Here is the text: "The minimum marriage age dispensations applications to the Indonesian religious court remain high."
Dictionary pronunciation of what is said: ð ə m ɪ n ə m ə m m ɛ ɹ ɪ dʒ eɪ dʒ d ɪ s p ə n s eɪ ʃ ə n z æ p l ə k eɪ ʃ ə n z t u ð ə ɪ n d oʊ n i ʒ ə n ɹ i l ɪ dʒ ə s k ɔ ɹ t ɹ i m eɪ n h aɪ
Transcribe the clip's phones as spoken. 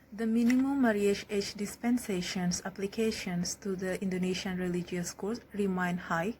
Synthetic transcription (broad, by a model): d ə m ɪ n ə m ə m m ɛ ɹ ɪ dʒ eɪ tʃ d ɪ s p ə n s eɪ ʃ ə n s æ p l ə k eɪ ʃ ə n s t u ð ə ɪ n d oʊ n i ʃ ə n ɹ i l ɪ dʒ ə s k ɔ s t ɹ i m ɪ n h aɪ